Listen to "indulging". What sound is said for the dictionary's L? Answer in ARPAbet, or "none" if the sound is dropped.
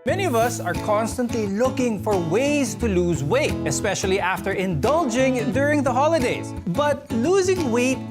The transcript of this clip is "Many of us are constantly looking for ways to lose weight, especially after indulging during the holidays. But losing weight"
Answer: L